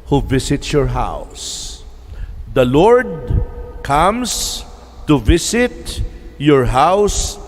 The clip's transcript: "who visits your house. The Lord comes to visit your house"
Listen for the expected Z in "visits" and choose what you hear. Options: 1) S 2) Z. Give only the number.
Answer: 1